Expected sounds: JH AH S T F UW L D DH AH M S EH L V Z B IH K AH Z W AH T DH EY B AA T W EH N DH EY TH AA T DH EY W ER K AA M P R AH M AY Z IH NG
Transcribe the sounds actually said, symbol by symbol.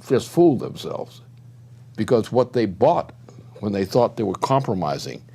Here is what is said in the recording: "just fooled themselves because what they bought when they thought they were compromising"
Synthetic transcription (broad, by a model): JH AH S T F UW L D DH AH M S EH L V Z B IH K AH Z W AH T DH EY B AA T W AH N DH EY TH AA T DH EY W ER K AA M P R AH M AY Z IH NG